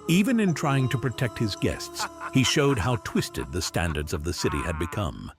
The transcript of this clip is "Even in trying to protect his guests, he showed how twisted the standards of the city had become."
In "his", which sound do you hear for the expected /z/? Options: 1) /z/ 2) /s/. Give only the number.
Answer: 1